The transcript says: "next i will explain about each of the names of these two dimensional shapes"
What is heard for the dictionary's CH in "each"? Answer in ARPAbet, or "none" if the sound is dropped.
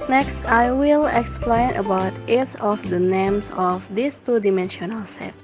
S